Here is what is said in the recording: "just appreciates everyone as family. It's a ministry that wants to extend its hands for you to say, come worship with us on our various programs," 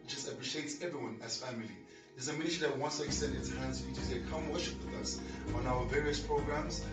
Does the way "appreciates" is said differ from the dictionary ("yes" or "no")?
no